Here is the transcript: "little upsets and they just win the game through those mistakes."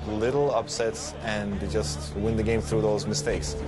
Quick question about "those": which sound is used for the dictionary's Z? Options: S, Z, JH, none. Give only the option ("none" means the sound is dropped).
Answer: Z